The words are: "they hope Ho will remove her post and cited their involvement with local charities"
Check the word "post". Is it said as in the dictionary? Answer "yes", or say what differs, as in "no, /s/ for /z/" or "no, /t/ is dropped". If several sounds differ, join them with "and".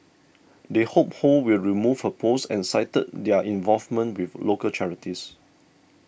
no, /t/ is dropped